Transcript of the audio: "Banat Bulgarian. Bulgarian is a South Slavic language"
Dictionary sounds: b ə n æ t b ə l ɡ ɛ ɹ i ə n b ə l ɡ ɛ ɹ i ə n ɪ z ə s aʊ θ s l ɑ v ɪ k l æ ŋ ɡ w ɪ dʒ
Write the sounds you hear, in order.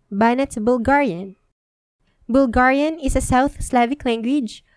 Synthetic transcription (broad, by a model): b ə n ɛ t b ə l ɡ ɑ ɹ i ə n b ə l ɡ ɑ ɹ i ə n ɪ s ə s aʊ θ s l ɑ v ɪ k l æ ŋ ɡ w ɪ dʒ